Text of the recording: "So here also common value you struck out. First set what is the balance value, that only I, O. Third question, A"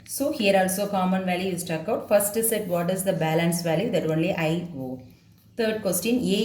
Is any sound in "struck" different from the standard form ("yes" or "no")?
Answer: yes